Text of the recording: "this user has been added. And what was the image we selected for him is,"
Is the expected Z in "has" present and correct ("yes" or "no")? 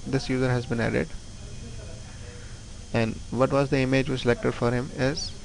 yes